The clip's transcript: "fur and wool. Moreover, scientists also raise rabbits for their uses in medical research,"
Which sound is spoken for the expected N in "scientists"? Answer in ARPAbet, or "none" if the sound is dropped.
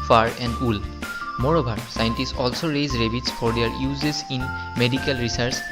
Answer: N